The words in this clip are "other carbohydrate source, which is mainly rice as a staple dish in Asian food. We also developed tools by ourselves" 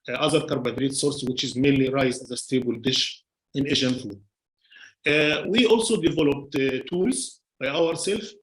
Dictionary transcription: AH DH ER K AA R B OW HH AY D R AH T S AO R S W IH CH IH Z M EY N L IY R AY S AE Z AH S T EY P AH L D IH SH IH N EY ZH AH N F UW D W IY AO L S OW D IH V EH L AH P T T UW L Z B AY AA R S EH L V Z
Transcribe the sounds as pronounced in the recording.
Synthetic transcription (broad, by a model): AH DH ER K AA R B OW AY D R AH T S AO R S W IH CH IH Z M EY N L IY R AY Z AE Z AH S T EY B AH L D IH SH IH N EY ZH AH N F UW D W IY AO L S OW D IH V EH L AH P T T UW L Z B AY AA R S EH L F